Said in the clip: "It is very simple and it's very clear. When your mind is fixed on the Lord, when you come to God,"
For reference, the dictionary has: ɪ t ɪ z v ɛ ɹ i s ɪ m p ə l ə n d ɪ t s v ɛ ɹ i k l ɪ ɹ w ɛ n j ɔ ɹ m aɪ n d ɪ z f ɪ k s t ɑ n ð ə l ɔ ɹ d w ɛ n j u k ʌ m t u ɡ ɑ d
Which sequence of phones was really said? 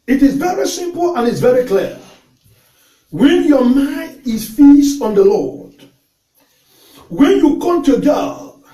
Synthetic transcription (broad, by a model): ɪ t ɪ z v ɛ ɹ i s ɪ m p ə l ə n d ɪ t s v ɛ ɹ i k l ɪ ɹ w ɛ n j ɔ m aɪ n d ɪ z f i s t ɑ n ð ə l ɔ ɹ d w ɛ n j u k ʌ m t u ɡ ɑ